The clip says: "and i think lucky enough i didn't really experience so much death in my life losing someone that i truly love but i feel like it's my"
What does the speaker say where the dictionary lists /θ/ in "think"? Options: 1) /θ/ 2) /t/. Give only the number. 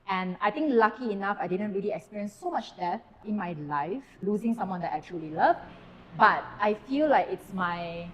2